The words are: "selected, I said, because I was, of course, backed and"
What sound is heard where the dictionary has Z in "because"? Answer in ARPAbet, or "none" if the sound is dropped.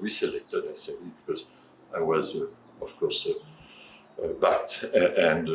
Z